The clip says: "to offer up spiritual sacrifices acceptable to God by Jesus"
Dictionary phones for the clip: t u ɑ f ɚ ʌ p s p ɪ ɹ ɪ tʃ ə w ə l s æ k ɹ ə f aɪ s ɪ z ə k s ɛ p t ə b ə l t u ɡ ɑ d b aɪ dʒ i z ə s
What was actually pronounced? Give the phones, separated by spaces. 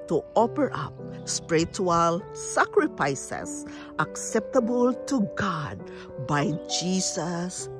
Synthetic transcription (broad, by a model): t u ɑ p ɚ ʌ p s p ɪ ɹ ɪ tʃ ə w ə l s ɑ k ɹ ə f aɪ s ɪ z ə k s ɛ p t ə b ə l t u ɡ ɑ d b aɪ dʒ i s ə s